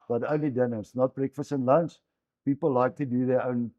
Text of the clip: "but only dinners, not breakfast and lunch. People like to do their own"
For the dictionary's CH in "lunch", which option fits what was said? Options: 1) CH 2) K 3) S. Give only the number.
3